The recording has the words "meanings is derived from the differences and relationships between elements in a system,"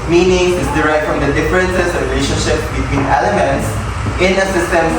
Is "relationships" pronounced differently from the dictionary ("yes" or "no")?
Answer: yes